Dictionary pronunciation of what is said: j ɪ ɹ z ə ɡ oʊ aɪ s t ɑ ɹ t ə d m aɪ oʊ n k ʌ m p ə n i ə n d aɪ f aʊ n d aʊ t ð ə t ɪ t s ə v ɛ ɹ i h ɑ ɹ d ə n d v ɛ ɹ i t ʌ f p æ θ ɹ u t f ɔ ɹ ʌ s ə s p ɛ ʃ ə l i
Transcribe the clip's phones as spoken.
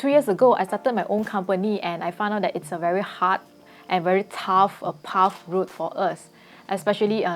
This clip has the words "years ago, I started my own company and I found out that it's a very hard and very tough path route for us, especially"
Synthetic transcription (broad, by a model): j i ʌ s ə ɡ oʊ aɪ s t ɑ t ə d m aɪ oʊ n k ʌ m p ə n i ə n aɪ f aʊ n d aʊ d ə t ɪ t s ə v ɛ ɹ i h ɑ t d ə n v ɛ ɹ i t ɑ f p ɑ f ɹ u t f ɔ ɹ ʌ s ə s p ɛ ʃ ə l i